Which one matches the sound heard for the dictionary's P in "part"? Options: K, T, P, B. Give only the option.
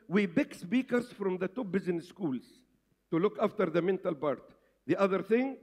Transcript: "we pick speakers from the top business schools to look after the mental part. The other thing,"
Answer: B